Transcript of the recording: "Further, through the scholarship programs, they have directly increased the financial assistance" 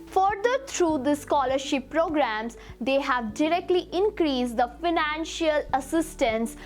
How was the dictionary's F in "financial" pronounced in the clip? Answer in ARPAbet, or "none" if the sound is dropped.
F